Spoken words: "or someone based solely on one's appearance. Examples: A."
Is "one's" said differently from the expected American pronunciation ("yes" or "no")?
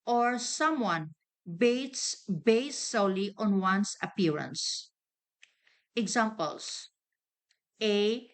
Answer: yes